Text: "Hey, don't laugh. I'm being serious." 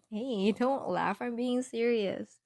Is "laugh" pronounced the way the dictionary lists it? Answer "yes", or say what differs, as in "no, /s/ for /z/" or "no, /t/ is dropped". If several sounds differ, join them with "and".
yes